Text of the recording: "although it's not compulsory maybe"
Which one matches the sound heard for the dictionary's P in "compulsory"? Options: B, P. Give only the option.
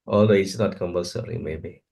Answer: B